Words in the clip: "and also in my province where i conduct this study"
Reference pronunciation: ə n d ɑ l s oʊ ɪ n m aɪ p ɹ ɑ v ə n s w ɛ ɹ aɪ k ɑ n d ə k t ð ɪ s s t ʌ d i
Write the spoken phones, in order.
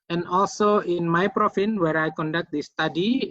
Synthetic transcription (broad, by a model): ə n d ɑ l s oʊ ɪ n m aɪ p ɹ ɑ f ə n w ɛ ɹ aɪ k ɑ n d ə k t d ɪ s s t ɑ d i